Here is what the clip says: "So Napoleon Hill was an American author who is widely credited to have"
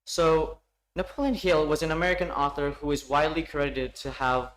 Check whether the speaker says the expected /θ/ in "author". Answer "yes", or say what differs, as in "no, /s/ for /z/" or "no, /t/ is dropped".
yes